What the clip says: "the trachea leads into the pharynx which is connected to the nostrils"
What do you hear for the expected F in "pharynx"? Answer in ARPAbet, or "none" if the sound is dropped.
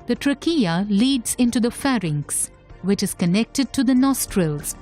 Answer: F